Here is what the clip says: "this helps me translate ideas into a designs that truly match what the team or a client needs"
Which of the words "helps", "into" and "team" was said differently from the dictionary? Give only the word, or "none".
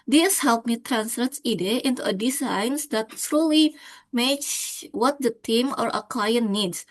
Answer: helps